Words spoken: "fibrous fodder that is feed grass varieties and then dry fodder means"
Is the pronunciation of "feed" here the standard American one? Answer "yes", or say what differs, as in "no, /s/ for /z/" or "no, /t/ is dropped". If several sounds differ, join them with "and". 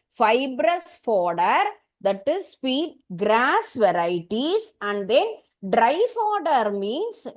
no, /p/ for /f/